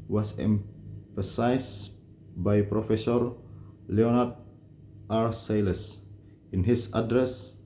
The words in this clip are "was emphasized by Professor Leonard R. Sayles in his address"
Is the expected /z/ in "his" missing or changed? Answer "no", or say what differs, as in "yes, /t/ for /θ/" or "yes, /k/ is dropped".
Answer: yes, /s/ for /z/